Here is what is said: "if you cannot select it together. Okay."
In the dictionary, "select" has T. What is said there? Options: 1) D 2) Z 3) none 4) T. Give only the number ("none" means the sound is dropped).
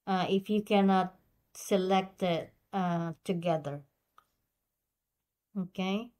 4